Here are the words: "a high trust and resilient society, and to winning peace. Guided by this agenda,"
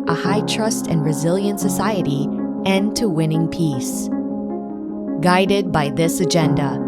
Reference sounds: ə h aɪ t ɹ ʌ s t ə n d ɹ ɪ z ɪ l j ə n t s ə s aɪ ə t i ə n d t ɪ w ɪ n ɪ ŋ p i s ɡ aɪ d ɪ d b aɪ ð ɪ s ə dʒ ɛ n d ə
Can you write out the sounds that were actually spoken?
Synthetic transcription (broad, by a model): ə h aɪ t ɹ ʌ s t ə n ɹ ɪ z ɪ l j ə n t s ə s aɪ ə t i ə n t ɪ w ɪ n ɪ ŋ p i s ɡ aɪ d ɪ d b aɪ ð ɪ s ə dʒ ɛ n d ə